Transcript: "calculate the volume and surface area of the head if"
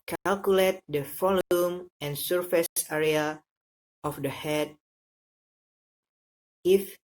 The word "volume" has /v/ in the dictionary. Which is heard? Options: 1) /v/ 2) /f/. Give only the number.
2